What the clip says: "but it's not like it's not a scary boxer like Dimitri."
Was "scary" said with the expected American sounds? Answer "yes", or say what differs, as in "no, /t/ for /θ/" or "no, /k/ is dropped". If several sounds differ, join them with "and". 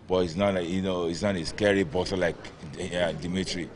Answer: yes